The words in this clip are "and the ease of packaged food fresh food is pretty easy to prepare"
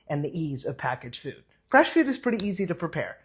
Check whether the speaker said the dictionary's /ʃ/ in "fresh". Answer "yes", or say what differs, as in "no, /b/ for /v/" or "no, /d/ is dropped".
yes